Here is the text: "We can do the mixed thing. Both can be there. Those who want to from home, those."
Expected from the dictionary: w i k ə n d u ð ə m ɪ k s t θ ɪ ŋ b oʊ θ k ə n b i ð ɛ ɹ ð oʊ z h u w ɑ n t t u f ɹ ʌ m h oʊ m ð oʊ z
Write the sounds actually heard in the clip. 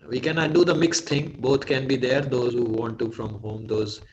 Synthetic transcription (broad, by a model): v i k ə n d u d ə m ɪ k s t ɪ ŋ b oʊ t k ə n b i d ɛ ɹ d oʊ z h u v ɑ n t t u f ɹ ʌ m h oʊ m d oʊ z